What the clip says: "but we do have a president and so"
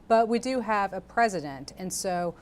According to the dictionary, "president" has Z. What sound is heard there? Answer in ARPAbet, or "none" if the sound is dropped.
Z